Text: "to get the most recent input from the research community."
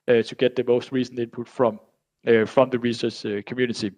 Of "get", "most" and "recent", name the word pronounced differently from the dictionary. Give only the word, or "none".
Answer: recent